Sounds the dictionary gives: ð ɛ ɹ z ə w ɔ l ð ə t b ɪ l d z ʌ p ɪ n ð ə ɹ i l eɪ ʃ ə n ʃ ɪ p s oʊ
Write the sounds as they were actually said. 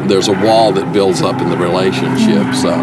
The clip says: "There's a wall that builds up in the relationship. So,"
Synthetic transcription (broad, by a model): ð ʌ ɹ z ə w ɔ l ð ə t b ɪ l d z ʌ p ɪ n ð ə ɹ i l eɪ ʃ ə n ʃ ɪ p s